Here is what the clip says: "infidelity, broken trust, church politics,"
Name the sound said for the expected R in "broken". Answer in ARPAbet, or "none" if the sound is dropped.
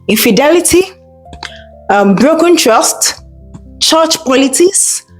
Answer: R